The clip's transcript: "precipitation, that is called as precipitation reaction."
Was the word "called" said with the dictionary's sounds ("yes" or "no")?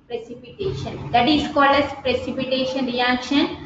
no